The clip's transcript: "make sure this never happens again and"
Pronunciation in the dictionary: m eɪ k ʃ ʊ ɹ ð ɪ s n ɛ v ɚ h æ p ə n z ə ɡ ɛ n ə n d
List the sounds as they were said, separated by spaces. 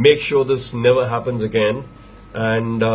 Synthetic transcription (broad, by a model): m eɪ k ʃ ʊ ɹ ð ɪ s n ɛ v ɚ h æ p ə n z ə ɡ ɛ n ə n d